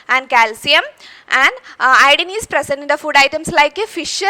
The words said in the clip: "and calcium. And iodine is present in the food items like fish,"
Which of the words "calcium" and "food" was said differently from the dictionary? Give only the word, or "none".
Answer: none